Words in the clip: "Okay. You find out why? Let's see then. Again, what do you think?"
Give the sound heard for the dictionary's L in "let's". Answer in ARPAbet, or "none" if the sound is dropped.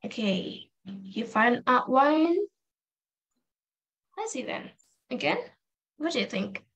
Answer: N